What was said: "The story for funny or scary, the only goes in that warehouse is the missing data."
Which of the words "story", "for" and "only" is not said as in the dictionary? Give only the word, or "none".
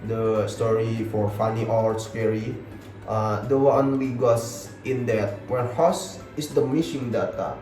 only